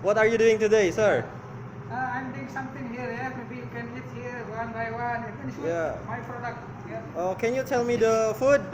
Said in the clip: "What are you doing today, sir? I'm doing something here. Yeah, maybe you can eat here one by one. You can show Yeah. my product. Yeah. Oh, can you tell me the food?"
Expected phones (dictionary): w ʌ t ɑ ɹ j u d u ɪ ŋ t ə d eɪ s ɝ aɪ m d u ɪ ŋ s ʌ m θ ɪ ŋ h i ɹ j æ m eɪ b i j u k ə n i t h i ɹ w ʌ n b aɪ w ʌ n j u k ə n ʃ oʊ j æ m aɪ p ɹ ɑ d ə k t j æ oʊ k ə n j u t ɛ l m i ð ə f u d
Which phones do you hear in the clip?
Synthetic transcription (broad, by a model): w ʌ t ɑ ɹ j u d u ɪ ŋ t ə d eɪ s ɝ aɪ m d u ɪ ŋ s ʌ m t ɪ ŋ h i ɹ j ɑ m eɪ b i k ə n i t h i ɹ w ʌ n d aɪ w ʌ n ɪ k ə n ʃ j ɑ m aɪ p ɹ ɑ d ə k t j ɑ oʊ k ə n j u t ɛ l m i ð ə f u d